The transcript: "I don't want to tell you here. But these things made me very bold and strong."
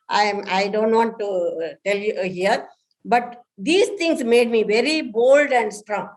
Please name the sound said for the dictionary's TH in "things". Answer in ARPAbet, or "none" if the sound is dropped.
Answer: T